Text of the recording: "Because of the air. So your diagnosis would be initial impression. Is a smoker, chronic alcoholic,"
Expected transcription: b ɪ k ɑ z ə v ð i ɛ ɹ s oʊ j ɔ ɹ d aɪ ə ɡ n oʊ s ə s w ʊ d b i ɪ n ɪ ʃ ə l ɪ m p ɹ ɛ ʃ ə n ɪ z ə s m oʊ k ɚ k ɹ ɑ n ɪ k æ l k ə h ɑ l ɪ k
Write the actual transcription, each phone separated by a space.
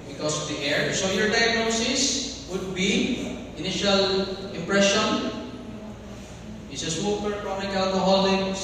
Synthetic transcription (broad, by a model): b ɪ k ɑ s ə v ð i ɛ ɹ s oʊ j ɔ ɹ d aɪ ə ɡ n oʊ s ə s w ʊ d b i ɪ n ɪ ʃ ə l ɪ m p ɹ ɛ ʃ ə n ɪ s ə s oʊ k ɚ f ɹ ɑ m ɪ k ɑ l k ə h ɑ l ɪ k